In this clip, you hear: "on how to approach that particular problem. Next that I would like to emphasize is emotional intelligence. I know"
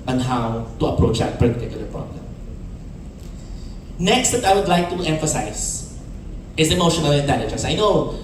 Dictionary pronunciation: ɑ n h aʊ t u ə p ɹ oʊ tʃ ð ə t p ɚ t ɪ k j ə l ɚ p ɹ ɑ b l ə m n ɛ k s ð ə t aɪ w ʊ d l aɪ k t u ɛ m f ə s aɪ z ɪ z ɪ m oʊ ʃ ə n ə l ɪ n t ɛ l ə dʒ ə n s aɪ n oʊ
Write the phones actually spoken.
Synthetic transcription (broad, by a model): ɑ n h aʊ t u ə p ɹ oʊ tʃ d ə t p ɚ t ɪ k j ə l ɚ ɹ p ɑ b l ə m n ɛ k s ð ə t aɪ w ʊ d l aɪ k t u ɛ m f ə s aɪ s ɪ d ɪ m oʊ ʃ ə n ə l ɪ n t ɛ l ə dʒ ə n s aɪ n oʊ